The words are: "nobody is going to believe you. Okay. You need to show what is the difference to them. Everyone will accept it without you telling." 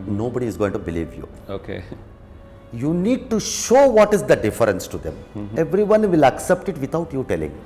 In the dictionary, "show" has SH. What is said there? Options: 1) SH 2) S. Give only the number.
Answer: 1